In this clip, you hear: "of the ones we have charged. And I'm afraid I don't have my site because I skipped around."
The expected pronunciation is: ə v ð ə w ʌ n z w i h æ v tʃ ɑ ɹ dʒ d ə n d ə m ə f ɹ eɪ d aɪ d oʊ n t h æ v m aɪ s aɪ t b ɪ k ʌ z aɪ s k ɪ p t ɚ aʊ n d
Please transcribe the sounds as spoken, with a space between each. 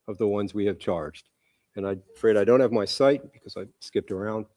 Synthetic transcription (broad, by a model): ə v ð ə w ʌ n z w i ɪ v tʃ ɑ ɹ dʒ d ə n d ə ə f ɹ eɪ d aɪ d oʊ n t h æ v m aɪ s aɪ t b ɪ k ʌ z aɪ s k ɪ p t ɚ aʊ n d